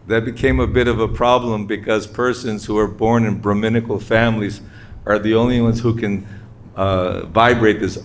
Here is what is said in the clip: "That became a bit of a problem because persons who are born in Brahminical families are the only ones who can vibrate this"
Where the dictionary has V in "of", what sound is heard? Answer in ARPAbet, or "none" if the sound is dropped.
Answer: V